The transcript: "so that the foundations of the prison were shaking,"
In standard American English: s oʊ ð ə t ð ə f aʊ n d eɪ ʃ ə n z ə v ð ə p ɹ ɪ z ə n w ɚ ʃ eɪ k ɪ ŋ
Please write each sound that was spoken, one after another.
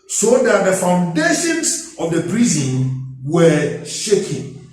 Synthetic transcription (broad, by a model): s oʊ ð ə t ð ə f aʊ n d eɪ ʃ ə n s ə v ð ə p ɹ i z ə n w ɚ ʃ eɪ k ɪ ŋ